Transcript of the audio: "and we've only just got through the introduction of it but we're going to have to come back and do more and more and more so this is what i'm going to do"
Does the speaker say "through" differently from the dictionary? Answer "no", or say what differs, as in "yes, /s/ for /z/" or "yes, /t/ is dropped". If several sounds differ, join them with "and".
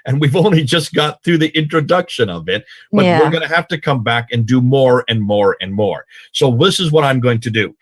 no